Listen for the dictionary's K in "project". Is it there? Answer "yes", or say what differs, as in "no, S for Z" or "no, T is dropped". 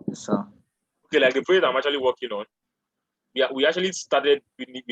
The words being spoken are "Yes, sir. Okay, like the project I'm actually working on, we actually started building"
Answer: no, K is dropped